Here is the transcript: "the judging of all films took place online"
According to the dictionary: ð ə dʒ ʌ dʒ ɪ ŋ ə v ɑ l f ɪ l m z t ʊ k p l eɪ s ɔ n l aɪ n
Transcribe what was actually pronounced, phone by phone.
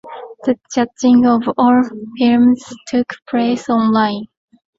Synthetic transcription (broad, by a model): ð ə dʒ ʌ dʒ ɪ ŋ ə v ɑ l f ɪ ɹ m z t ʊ k p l eɪ s ɔ n l aɪ n